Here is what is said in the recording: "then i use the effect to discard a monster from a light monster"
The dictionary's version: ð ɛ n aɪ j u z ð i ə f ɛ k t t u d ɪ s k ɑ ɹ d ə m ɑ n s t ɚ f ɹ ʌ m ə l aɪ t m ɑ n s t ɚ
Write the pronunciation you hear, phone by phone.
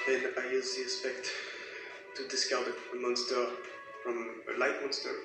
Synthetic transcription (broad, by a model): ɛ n aɪ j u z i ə p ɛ k t t u d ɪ s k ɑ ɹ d ə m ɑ n s t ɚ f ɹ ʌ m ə l aɪ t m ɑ n s t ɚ